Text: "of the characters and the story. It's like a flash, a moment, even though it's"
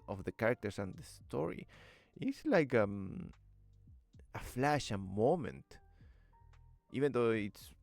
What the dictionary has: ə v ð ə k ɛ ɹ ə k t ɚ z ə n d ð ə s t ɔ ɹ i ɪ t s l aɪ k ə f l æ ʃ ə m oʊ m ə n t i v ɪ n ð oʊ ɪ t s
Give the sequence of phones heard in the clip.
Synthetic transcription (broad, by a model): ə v ð ə k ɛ ɹ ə k t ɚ s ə n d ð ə s t ɔ ɹ i ɪ t s l aɪ k ə f l æ ʃ ə m oʊ m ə n t i v ɪ n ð oʊ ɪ t s